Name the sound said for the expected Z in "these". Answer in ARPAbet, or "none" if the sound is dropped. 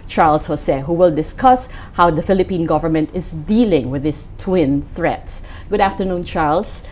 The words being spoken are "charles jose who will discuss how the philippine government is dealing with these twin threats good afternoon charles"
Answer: S